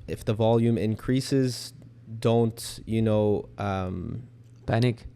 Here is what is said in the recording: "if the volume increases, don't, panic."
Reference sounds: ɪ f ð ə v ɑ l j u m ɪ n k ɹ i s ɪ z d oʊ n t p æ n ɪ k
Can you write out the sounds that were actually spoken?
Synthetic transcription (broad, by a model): ɪ f ð ə v ɑ l j u m ɪ n k ɹ i s ɪ z d oʊ n t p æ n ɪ k